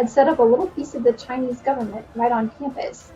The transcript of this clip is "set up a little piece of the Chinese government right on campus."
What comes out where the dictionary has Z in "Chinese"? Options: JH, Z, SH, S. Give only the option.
Z